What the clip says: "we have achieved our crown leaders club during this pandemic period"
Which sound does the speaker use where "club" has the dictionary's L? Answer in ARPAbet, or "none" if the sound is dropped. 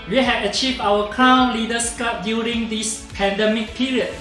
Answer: none